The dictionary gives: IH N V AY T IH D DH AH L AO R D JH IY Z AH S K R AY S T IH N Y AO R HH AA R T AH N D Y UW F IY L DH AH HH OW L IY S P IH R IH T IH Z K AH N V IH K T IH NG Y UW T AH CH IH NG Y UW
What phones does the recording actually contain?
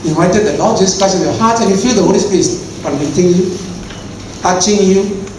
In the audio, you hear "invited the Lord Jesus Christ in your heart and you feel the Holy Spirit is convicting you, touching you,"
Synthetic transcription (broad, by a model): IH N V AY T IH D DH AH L AO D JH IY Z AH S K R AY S IH N Y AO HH AA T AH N Y UW F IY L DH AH HH OW L IY S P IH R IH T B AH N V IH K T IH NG Y UW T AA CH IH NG Y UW